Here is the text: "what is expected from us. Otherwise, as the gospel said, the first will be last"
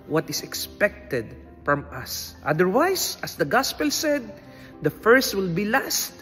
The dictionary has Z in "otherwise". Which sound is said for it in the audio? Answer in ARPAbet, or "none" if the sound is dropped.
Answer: S